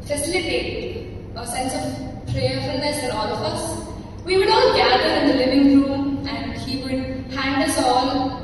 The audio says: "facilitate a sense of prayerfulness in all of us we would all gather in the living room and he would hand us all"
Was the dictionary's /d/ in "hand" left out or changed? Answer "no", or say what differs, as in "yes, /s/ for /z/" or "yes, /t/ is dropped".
no